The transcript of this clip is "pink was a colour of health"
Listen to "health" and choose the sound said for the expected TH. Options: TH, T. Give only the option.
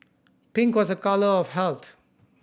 T